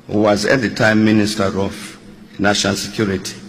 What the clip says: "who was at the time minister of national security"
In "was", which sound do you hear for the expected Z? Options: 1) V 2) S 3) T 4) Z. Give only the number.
4